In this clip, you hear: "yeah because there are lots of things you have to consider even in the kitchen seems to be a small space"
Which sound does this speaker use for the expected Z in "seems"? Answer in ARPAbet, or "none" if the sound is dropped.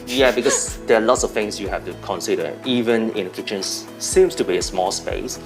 S